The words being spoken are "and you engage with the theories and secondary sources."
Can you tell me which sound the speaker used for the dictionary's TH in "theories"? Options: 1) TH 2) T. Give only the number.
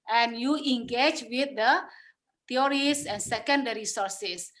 2